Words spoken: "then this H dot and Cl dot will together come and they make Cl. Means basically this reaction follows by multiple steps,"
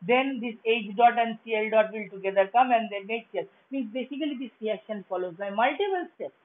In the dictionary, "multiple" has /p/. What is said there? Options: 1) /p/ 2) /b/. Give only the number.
2